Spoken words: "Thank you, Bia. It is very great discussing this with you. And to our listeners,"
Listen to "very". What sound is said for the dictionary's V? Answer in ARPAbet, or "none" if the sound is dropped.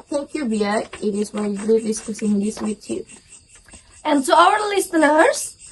W